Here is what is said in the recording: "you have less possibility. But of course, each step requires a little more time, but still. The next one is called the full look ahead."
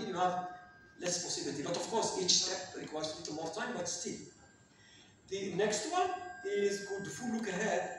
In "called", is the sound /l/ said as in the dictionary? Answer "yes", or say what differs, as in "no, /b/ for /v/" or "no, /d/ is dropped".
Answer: no, /l/ is dropped